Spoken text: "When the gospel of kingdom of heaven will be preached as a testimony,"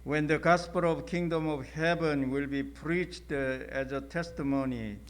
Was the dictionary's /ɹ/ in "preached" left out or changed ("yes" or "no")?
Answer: no